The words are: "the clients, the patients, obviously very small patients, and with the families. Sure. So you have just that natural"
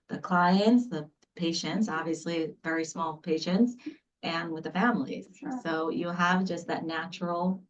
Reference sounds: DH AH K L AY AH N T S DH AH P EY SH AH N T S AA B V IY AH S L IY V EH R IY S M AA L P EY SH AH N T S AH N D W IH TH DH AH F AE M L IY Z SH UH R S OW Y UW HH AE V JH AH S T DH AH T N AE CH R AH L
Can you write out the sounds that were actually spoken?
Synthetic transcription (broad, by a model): DH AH K L AY AH N T S DH AH P EY SH AH N T S AA B V IY AH S L IY V EH R IY S M AA L P EY SH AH N T S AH N W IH DH AH F AE M L IY Z S OW Y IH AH V JH AH S T DH AH T N AE CH R L